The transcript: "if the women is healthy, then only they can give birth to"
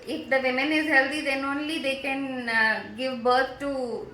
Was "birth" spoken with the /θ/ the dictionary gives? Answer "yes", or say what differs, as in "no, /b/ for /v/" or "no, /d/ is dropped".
no, /t/ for /θ/